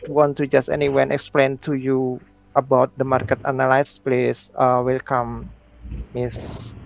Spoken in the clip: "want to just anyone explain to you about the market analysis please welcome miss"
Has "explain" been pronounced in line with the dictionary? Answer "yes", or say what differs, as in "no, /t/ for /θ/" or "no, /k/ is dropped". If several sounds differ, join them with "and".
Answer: yes